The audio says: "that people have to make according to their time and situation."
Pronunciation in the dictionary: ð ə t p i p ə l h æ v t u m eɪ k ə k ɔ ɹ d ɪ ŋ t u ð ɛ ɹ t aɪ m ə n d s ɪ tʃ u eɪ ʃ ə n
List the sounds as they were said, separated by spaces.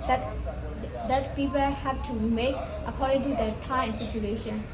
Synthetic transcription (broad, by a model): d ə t p i p ə l h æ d t u m eɪ k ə k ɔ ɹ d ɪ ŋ t u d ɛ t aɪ ə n s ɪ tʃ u eɪ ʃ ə n